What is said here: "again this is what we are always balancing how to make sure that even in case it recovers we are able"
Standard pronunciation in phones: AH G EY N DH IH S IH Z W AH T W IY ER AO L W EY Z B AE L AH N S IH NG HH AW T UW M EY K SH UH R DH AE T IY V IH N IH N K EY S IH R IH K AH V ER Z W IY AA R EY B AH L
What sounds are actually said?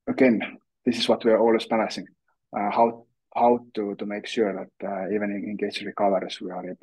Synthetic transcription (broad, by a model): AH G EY N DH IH S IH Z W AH T W IY ER AO L W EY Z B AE N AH S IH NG HH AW T UW M EY K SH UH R DH AE T IY V IH N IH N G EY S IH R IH K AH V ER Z W IY AA R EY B